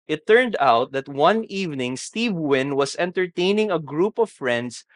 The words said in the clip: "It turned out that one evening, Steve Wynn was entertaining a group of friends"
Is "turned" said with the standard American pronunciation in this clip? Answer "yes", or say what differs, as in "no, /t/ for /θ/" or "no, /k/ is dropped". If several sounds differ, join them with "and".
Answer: yes